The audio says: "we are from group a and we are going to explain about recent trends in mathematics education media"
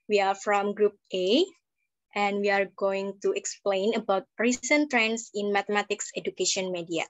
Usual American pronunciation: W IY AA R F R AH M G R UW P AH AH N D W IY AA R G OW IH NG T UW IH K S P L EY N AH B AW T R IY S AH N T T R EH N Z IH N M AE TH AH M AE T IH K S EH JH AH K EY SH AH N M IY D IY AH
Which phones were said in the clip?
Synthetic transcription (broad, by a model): W IY AA R F R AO M G R UW P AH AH N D W IY AA R G OW IH NG T UW IH K S P L EY N AH B AW T R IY S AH N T T R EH N S IH N M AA T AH M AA T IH K S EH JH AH K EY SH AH N M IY D IY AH